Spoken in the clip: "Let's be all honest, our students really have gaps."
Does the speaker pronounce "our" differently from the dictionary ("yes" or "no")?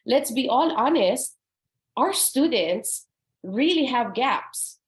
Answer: no